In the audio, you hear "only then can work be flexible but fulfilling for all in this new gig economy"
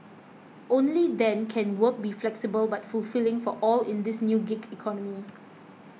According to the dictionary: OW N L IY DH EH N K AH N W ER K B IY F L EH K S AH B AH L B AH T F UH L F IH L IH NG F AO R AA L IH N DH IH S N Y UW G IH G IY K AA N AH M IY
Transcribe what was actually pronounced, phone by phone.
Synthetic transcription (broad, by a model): OW N L IY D EH N K AH N W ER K B IY F L EH K S AH B AH L B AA T F UH L F IH L IH NG F AO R AA L IH N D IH S N Y UW G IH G IY K AA N AH M IY